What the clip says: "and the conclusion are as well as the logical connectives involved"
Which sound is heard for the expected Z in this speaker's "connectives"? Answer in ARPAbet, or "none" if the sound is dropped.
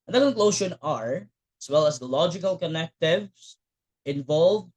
S